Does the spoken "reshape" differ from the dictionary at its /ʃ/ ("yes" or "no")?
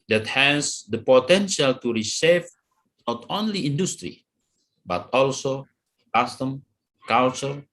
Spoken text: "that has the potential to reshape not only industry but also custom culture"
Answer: yes